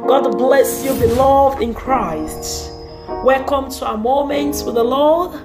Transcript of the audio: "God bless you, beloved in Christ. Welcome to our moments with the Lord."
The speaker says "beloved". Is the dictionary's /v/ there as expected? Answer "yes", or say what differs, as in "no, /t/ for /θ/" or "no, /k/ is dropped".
yes